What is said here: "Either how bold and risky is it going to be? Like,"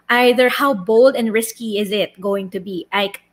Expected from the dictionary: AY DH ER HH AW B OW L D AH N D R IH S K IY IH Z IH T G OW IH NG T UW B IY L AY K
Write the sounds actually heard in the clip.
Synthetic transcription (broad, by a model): AY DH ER HH AW B OW L D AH N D R IH S K IY IH Z IH T G OW IH NG T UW B IY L AY K